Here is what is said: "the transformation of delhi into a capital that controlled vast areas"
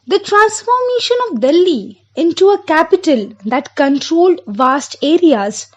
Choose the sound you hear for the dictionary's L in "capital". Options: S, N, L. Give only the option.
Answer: L